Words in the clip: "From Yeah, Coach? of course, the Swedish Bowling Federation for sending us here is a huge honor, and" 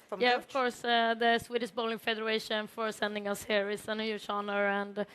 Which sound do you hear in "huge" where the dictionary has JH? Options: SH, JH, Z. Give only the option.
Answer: SH